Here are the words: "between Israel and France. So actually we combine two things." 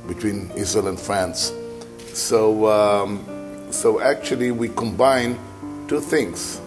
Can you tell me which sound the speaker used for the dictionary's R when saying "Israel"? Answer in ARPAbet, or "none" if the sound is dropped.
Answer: none